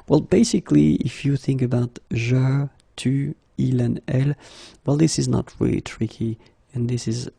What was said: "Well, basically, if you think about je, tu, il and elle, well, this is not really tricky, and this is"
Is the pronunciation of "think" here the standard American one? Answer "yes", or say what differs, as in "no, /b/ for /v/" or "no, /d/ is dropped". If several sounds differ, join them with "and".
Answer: yes